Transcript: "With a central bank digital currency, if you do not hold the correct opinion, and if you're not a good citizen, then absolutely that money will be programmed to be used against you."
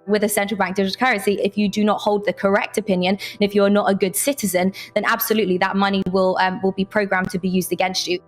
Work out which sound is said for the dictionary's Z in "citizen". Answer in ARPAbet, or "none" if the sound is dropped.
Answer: Z